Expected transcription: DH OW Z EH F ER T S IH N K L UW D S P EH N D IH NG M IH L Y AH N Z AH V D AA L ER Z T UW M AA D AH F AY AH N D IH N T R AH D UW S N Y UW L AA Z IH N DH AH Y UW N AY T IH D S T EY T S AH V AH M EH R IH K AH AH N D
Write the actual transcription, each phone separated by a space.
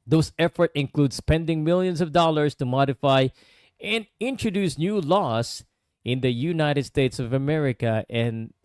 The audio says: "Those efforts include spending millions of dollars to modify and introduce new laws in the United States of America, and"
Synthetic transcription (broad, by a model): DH OW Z EH F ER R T IH N K L UW D S P EH N D IH NG M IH L Y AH N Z AH V D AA L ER S T UW M AA D AH F AY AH N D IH N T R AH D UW S N Y UW L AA S IH N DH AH Y UW N AY T IH D S T EY T S AH V AH M EH R IH K AH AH N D